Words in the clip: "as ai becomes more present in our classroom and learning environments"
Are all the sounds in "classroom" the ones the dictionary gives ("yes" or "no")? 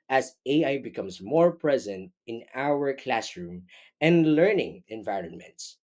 yes